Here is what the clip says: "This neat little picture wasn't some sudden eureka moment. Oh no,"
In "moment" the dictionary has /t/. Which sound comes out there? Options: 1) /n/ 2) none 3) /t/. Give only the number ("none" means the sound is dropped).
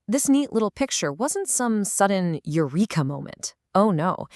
3